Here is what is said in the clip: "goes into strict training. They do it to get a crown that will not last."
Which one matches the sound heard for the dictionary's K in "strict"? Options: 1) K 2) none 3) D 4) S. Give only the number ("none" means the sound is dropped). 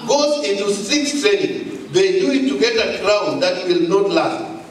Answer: 2